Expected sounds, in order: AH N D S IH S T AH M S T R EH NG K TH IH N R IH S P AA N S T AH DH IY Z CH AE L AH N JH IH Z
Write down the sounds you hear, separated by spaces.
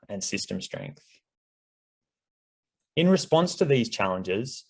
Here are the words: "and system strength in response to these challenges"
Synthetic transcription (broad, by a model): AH N S IH S T AH M S T R EH NG K TH IH N R IH S P AA N S T AH DH IY Z CH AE L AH N JH IH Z